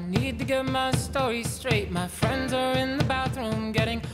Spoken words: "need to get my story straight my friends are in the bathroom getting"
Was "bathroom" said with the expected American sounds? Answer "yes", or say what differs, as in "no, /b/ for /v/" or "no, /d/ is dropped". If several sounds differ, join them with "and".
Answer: yes